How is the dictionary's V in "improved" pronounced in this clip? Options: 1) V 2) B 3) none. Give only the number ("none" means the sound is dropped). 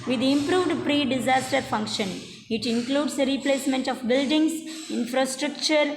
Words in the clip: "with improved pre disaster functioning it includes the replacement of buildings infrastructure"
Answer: 1